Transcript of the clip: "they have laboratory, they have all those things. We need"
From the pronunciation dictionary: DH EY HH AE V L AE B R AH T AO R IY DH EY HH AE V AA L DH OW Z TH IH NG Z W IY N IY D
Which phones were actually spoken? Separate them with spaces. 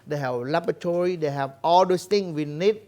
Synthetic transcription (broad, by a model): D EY HH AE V L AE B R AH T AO R IY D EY HH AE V AA L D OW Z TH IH NG W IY N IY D